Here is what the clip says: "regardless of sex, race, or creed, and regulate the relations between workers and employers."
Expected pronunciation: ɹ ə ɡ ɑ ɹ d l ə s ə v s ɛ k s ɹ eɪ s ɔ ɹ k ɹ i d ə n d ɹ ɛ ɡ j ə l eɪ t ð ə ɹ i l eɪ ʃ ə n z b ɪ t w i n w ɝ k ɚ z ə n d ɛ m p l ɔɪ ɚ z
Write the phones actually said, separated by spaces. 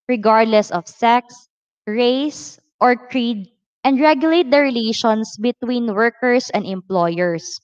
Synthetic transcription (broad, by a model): ɹ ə ɡ ɑ ɹ d l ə s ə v s ɛ k s ɹ eɪ s ɔ ɹ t ɹ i d ə n d ɹ ɛ ɡ j ə l eɪ t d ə ɹ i l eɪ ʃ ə n s b ɪ t w i n w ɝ k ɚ s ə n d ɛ m p l ɔɪ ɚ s